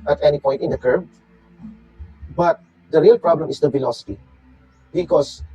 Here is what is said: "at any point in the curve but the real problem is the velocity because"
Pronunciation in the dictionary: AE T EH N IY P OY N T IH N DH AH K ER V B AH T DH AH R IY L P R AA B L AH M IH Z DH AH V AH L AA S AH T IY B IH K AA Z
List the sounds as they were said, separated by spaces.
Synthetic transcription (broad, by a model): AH T EH N IY P OY T IH N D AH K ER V B AH T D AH R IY L P R AA B L AH M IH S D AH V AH L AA S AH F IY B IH K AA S